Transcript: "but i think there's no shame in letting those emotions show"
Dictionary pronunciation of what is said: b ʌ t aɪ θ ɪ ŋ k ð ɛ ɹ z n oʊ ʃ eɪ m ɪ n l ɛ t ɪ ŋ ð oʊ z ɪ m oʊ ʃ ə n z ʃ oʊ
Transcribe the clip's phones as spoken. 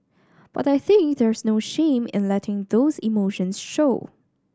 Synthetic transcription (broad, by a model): b ʌ t aɪ θ ɪ ŋ k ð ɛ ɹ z n oʊ ʃ eɪ m ɪ n l ɛ t ɪ ŋ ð oʊ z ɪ m oʊ ʃ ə n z ʃ oʊ